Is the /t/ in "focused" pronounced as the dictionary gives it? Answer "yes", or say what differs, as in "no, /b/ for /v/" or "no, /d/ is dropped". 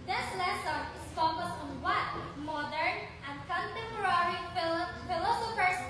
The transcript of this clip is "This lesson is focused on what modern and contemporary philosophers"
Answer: no, /t/ is dropped